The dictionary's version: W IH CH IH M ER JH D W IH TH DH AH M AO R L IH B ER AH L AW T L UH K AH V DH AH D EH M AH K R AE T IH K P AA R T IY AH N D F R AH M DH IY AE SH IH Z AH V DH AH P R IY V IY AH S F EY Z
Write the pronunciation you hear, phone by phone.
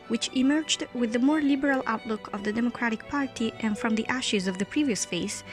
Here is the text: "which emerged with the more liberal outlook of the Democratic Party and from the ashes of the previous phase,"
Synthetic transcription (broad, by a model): W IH CH IH M ER JH D W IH DH AH M AO R L IH B ER AH L AW T L UH K AH V DH AH D EH M AH K R AE T IH K P AA R T IY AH N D F R AH M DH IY AE SH IH Z AH V DH AH P R IY V IY AH S F EY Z